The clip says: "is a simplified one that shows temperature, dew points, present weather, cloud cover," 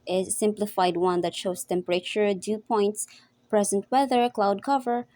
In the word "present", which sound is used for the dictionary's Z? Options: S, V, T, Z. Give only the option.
Z